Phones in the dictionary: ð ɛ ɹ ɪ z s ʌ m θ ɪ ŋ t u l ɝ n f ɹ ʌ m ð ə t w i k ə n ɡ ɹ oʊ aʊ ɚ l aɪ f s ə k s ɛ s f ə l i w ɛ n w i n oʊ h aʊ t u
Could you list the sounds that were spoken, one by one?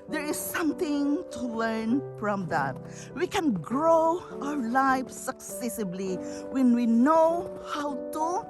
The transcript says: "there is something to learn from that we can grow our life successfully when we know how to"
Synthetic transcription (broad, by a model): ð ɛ ɹ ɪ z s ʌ m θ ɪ ŋ t u l ɝ n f ɹ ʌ m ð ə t w i k ə n ɡ ɹ oʊ aʊ ɚ l aɪ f s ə k s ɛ s ə l i w ɛ n w i n oʊ h aʊ t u